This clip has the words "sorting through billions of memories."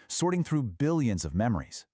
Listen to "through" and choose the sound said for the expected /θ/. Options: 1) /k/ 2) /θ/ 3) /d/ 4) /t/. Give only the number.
2